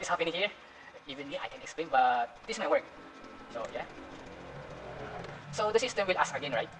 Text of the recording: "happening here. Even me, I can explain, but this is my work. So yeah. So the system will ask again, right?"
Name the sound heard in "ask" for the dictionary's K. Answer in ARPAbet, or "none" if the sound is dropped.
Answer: none